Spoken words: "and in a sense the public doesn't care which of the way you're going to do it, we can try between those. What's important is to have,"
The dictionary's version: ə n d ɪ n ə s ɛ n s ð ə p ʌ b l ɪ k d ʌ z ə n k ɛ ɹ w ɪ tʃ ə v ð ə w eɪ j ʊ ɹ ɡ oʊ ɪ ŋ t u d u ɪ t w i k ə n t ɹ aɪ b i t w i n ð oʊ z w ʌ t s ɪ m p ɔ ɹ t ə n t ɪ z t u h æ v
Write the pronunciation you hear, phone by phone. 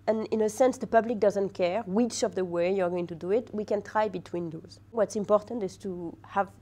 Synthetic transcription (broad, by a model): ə n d ɪ n ə s ɛ n s ð ə p ʌ b l ɪ k d ʌ z ə n k ɛ ɹ w ɪ tʃ ə v ð ə w eɪ j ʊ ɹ ɡ oʊ ɪ ŋ t u d u ɪ t w i k ə n t ɹ aɪ b i t w i n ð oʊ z w ʌ t s ɪ m p ɔ ɹ t ə n t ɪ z t u h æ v